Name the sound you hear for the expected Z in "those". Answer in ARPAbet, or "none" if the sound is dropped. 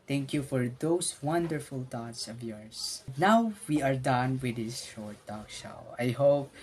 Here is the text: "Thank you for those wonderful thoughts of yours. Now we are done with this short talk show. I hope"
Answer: S